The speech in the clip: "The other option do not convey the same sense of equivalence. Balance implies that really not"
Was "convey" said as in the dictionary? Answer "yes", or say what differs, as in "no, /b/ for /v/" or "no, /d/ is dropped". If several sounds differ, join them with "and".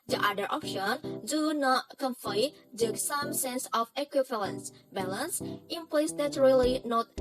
no, /f/ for /v/